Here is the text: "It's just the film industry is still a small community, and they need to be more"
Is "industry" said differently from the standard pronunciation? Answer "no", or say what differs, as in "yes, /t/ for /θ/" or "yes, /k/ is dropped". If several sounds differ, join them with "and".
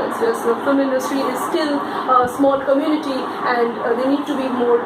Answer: no